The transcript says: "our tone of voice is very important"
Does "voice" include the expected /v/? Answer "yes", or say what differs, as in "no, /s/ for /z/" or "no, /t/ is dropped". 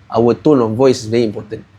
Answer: yes